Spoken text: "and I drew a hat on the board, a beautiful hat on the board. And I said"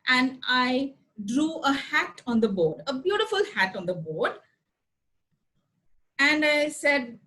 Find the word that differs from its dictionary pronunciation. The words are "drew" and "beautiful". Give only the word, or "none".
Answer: none